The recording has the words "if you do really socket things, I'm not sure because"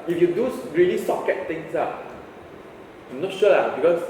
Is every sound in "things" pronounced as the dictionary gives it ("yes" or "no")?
no